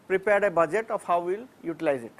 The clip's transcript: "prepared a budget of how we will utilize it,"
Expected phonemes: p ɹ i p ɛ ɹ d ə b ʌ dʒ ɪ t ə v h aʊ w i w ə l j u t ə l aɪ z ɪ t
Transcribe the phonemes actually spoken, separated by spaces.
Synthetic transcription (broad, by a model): p ɹ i p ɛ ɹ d ə b ʌ dʒ ɪ t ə p h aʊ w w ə l j u t ə l aɪ z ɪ t